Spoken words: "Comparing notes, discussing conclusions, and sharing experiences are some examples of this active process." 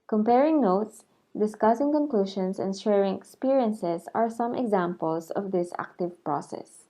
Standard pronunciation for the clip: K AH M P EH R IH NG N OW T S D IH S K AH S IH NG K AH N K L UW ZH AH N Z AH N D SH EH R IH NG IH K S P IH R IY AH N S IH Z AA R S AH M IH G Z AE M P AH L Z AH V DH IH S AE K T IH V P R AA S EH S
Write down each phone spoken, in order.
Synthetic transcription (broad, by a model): K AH M P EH R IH NG N OW T S D IH S K AH S IH NG K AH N K L UW SH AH N S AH N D SH EH R IH NG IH K S P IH R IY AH N S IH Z AA R S AH M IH G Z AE M P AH L S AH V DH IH S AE K T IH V P R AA S EH S